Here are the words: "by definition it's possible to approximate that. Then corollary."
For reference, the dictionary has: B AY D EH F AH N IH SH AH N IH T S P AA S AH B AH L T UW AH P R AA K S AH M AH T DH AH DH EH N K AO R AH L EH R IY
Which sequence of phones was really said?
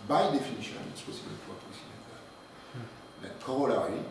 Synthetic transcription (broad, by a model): B AY D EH F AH N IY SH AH N IH T S P AA S AH B AH L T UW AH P IY S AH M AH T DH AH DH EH K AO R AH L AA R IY